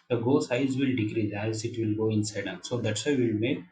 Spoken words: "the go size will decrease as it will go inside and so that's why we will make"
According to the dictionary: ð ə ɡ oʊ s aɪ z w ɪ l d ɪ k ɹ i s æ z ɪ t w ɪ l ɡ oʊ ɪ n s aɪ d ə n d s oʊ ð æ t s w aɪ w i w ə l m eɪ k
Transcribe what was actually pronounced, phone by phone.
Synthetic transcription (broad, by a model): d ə ɡ oʊ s aɪ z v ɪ l d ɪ k ɹ i æ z ɪ t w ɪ l ɡ oʊ ɪ n s aɪ d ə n s oʊ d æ t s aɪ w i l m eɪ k